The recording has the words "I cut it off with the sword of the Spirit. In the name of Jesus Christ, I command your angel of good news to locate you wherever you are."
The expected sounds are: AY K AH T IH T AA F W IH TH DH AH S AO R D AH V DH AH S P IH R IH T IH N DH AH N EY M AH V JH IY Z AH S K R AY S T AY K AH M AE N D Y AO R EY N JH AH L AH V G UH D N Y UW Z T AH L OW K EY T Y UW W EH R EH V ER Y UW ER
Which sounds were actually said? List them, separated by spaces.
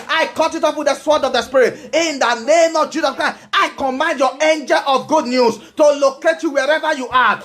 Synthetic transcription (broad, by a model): AY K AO T IH T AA P W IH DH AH S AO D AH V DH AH S P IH R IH T IH N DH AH N EY M AH V JH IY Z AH S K R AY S AY K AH M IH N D Y AO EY N JH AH L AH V G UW D N Y UW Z T AH L OW K EY T Y UW W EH R EH V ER Y UW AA